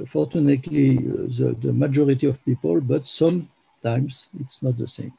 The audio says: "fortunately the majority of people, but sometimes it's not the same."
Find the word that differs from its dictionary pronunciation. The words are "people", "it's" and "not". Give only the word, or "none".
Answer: none